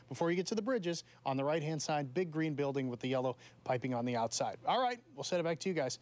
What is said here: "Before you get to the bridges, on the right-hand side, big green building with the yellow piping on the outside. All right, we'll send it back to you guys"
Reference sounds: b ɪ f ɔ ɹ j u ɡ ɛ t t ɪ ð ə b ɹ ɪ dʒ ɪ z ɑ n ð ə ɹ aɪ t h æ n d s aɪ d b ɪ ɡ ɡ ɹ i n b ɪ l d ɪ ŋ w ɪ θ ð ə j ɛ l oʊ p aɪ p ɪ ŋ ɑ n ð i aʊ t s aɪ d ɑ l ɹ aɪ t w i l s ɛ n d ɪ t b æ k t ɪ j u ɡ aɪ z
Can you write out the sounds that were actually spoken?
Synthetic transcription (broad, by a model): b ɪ f ɔ ɹ j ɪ ɡ ɛ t t ɪ ð ə b ɹ ɪ dʒ ɪ z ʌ n ð ə ɹ aɪ t h æ n d s aɪ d b ɪ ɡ ɡ ɹ i n b ɪ l d ɪ ŋ w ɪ ð ə j ɛ l oʊ p aɪ p ɪ ŋ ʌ n ð i aʊ t s aɪ d ɑ l ɹ aɪ t w i l s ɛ d ɪ t b æ k t ɪ j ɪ ɡ aɪ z